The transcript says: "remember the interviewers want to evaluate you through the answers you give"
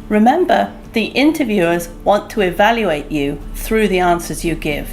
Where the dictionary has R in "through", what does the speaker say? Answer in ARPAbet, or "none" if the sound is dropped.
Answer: R